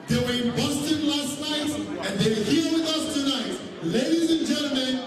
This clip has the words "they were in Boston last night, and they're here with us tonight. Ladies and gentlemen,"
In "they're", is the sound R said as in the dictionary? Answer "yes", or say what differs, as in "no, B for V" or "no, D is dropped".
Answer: no, W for R